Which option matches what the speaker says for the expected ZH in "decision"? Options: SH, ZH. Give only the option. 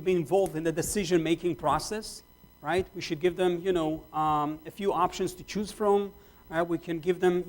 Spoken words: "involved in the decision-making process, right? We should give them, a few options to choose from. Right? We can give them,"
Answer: ZH